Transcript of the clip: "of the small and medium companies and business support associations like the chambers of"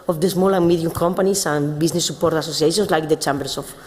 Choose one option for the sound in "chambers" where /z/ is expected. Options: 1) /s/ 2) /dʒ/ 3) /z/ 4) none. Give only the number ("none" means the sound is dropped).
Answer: 1